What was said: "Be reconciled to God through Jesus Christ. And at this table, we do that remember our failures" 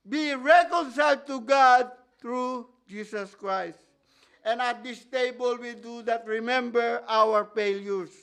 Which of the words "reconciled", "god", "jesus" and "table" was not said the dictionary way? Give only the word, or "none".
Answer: jesus